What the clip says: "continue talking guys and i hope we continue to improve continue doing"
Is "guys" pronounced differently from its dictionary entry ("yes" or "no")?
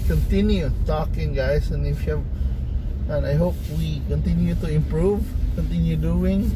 yes